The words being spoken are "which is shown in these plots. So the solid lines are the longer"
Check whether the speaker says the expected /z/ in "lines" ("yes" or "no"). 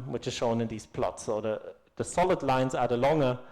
yes